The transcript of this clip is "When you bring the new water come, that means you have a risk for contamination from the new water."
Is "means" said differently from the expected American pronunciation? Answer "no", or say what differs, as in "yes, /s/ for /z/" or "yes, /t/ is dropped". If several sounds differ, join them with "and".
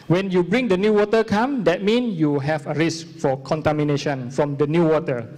yes, /z/ is dropped